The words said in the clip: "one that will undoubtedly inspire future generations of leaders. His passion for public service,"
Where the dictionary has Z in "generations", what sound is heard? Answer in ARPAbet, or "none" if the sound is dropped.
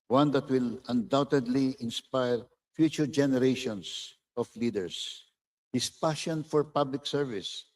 S